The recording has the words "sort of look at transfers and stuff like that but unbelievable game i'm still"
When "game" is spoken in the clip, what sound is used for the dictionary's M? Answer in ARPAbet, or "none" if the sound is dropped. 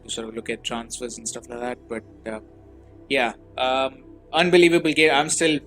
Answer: none